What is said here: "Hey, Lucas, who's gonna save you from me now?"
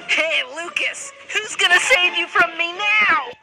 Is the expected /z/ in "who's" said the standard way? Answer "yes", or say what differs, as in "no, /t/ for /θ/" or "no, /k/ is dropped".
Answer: yes